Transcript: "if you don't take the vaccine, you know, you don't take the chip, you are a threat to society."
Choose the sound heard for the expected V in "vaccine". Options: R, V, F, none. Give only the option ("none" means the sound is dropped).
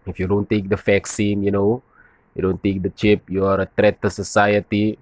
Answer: F